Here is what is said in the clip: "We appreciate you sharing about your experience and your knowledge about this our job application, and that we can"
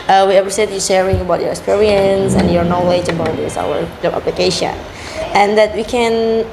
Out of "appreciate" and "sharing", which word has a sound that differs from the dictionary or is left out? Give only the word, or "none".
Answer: appreciate